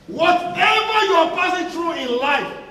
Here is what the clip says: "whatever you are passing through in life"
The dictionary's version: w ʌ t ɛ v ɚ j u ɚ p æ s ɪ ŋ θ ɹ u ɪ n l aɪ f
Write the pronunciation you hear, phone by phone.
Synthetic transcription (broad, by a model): w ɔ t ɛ v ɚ j u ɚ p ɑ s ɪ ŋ t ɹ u ɪ n l aɪ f